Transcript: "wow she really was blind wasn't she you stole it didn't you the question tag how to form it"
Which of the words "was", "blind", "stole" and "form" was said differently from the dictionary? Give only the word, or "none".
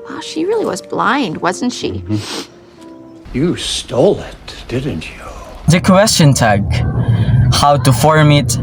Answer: none